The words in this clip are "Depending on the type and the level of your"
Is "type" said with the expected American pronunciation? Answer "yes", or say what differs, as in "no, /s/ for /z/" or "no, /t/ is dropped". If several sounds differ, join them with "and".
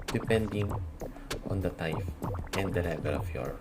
no, /f/ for /p/